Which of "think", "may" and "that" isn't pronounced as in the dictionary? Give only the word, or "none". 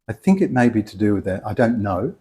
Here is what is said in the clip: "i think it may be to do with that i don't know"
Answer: none